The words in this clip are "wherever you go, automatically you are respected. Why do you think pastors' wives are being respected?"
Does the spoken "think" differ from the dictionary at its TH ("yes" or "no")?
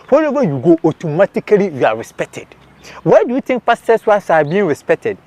yes